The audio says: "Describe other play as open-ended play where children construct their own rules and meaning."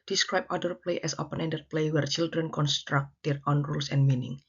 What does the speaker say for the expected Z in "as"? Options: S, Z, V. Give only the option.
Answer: S